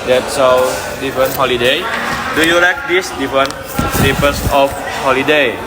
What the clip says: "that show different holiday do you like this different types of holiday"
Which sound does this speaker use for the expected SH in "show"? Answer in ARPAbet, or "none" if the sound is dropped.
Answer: S